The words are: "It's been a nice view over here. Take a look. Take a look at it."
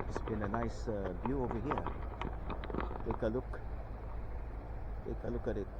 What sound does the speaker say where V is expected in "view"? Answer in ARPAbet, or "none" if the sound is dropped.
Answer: B